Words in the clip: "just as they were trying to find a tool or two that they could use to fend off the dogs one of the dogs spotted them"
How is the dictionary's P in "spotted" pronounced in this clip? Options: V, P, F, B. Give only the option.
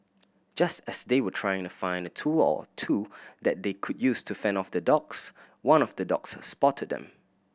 P